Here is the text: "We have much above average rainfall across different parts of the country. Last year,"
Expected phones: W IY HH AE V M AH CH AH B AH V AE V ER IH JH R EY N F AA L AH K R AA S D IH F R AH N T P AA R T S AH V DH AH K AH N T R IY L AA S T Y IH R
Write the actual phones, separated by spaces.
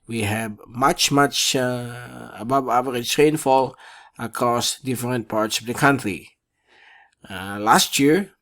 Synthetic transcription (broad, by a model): W IY HH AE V M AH CH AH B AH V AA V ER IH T R EY N F AA L AH K R AA S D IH F R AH N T P AA R T S AH V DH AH K AH N T R IY L AA S T Y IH R